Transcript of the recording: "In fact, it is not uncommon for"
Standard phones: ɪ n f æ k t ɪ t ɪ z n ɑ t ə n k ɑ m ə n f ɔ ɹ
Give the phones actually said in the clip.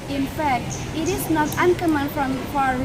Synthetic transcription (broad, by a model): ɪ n f æ k t ɪ t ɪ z n ɑ t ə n k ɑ m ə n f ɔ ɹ